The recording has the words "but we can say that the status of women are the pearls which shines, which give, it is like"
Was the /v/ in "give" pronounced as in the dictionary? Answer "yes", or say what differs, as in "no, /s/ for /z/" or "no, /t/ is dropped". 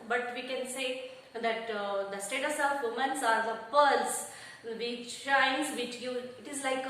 no, /v/ is dropped